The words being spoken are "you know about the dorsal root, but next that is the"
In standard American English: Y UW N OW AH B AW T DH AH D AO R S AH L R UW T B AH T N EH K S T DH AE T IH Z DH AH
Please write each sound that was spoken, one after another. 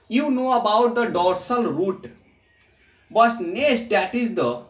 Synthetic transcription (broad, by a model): Y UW N OW AH B AW T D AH D AO R S AH L R UW T B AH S N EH S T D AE T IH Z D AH